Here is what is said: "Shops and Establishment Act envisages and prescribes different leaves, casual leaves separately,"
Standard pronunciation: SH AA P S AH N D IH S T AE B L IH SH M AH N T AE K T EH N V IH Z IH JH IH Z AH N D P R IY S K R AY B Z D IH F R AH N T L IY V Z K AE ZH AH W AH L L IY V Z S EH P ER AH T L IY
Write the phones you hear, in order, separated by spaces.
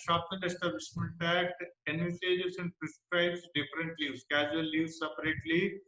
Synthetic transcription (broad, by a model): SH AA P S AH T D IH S T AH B IH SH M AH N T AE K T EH N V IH S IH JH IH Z AH N D P R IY S K R AY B S D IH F R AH N T L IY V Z K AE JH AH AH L L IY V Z S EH P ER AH T L IY